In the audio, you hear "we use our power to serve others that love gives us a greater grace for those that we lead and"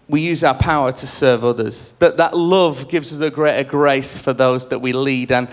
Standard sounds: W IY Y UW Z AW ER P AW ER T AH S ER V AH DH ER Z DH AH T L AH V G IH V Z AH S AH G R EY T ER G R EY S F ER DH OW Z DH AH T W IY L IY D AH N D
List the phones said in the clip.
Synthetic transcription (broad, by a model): W IY Y UW Z AW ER P AW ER T AH S ER V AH DH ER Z DH AH T L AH V G IH V Z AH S AH G R EY T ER G R EY S F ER DH OW Z DH AH T W IY L IY D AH N